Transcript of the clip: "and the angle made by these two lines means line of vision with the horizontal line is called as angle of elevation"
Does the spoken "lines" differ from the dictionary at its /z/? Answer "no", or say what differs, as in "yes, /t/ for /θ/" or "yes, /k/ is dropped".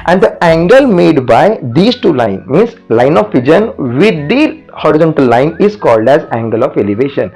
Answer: yes, /z/ is dropped